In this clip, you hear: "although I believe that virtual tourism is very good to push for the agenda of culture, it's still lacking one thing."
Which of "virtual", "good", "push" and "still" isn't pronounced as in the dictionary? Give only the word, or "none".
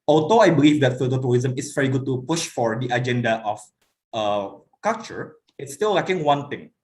virtual